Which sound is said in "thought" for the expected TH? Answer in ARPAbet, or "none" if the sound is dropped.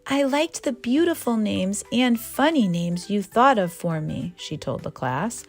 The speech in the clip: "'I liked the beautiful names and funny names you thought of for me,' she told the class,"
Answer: TH